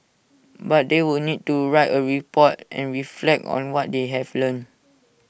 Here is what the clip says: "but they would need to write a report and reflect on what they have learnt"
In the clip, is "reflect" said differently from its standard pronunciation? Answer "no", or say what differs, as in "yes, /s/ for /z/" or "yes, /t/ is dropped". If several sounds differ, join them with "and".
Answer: no